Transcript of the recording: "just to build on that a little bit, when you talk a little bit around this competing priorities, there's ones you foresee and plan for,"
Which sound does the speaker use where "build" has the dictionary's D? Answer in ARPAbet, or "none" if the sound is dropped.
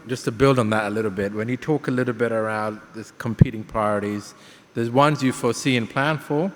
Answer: D